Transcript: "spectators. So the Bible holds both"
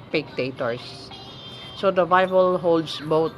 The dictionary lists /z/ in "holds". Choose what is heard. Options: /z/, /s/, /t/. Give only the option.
/s/